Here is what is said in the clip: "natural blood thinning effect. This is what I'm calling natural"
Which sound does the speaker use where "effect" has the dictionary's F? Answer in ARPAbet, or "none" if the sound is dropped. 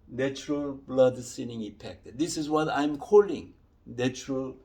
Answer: P